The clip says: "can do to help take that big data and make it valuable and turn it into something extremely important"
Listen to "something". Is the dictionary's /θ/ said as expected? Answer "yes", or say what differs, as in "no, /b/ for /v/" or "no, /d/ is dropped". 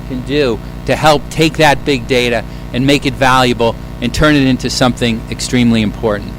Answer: yes